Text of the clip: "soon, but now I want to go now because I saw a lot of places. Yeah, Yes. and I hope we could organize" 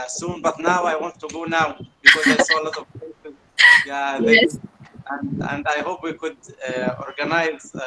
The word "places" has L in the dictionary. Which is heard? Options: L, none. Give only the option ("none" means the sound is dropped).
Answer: none